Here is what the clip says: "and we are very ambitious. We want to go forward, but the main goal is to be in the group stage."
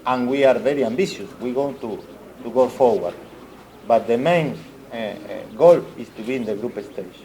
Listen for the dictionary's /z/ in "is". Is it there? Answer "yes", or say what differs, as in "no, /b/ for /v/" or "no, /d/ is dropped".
no, /s/ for /z/